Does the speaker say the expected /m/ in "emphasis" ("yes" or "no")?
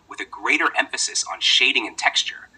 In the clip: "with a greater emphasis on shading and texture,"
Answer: yes